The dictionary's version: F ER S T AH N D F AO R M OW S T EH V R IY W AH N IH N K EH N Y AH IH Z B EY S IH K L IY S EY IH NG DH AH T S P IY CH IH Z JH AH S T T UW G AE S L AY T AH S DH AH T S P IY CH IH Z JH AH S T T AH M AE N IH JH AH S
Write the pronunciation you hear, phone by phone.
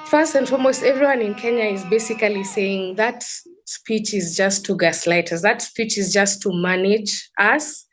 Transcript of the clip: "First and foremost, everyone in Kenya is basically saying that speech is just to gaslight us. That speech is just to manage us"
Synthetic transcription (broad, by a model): F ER S T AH N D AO L M OW S T EH V R IY W AH N IH N K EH N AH IH Z B EY S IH K L IY S EY IH NG DH AH T S P IY CH IH Z JH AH S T T UW G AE S L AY T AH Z DH AH T S P IY CH IH Z JH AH S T T AH M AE N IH JH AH S